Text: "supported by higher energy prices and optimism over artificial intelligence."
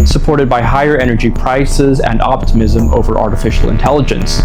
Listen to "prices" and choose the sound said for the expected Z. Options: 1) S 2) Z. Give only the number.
2